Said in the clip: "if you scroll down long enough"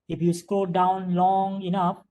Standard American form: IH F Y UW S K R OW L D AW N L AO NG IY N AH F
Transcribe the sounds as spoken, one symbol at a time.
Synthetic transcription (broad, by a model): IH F Y UW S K OW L D AW N L AO NG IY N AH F